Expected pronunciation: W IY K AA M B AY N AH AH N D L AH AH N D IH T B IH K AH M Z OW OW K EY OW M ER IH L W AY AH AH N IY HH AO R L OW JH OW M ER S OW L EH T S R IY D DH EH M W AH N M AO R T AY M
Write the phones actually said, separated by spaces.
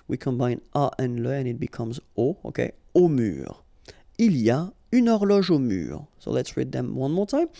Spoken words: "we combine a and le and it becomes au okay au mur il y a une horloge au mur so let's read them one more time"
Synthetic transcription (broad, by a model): W IY K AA M B AY N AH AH N L AH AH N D IH T B IH K AH M Z OW OW K EY OW M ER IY L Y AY AH N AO R L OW ZH OW M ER S OW L EH T S R IY D DH EH M W AH N M AO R T AY M